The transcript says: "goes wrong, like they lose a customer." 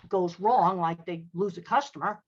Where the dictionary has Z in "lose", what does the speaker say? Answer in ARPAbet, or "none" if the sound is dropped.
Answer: Z